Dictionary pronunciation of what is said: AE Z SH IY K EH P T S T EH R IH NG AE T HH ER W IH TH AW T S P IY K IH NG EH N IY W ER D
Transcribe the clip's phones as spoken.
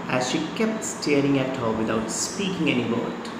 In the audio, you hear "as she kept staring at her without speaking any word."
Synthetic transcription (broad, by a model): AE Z SH IY K EH P T S T EH R IH NG AE T HH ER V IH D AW T S P IY K IH NG EH N IY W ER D